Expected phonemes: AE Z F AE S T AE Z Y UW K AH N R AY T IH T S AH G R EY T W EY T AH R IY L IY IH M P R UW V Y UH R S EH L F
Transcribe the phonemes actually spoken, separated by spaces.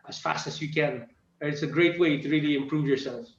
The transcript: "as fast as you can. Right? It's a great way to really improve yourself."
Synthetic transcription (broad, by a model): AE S F AE S T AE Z Y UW K AH N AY IH T S AH G R EY T W EY T AH R IY L IY IH M P R UW V Y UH R S EH L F